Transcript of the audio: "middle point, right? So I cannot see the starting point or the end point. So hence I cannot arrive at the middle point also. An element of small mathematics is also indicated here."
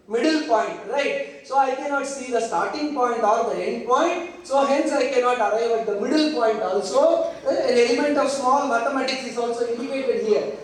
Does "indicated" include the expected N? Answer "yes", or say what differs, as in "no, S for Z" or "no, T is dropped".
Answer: no, N is dropped